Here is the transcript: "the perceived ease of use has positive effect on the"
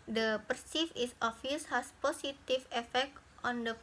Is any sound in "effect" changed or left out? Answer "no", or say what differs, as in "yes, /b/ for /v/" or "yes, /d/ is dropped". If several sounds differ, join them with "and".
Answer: no